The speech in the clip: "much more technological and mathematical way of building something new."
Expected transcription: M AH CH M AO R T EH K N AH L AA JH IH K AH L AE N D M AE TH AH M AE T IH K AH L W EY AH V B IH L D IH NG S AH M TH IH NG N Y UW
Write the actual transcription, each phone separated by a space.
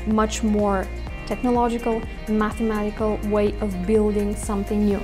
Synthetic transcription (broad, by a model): M AH CH M AO R T EH K N AH L AA JH IH K AH L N M AE TH AH M AE T IH K AH L W EY AH V B IH L D IH NG S AH M TH IH NG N Y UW